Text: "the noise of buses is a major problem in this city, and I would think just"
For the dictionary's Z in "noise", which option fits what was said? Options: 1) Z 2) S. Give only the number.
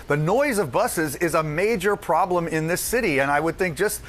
1